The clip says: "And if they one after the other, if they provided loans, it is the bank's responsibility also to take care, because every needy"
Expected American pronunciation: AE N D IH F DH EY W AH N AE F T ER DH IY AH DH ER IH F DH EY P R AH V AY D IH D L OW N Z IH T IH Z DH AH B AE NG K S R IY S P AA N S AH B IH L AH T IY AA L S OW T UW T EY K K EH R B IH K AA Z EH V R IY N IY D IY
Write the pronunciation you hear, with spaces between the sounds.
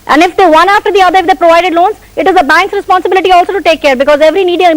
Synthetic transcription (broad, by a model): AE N D IH F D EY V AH N AE F T ER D IY AH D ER IH F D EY P R AH V AY D IH D L OW N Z IH T IH Z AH B AE NG K S R IY S P AA N S AH B IH L AH T IY AA L S OW T UW T EY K K EH R B IH K AA Z EH V R IY N IY D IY